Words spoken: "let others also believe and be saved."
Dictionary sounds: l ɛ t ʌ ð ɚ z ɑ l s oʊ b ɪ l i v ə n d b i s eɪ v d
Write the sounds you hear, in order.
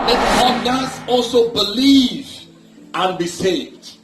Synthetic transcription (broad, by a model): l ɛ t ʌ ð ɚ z ɑ l s oʊ b ɪ l i v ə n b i s eɪ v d